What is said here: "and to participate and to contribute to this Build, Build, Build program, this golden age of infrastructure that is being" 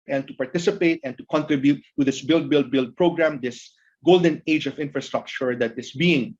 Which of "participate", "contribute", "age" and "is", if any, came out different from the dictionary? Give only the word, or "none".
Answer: is